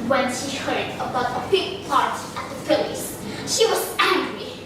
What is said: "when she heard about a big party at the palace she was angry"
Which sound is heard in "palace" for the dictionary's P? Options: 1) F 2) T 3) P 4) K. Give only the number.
1